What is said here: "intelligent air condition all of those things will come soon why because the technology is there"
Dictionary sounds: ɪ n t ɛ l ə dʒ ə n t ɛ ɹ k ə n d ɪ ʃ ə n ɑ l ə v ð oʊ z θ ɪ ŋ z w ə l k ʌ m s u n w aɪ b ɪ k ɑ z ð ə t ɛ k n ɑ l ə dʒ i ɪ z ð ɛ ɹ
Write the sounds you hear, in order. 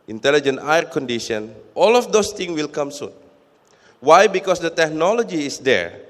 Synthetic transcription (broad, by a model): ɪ n t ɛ l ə dʒ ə n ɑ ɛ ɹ k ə n d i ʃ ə n ɑ l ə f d oʊ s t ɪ ŋ w ə l k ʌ m s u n w aɪ b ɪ k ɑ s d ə t ɛ k n ɑ l ə dʒ i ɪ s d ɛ ɹ